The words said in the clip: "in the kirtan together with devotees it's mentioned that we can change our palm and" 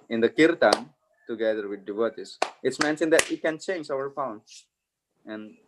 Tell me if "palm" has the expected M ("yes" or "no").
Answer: no